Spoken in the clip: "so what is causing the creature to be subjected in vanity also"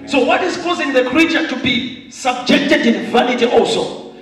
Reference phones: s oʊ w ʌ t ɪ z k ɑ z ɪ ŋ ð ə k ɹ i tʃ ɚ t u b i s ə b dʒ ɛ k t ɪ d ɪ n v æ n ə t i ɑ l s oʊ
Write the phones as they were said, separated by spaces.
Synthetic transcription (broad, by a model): s oʊ w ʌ t ɪ z k ɑ z ɪ ŋ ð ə k ɹ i tʃ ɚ t u b i s ə b dʒ ɛ k t ɪ d ɪ n v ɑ n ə t i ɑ l s oʊ